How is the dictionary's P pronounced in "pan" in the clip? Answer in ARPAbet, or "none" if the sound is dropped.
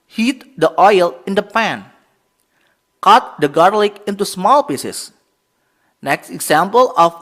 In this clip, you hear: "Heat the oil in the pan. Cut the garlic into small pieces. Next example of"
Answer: P